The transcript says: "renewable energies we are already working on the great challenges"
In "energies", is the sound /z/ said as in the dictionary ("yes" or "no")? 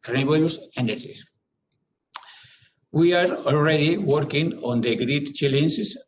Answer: no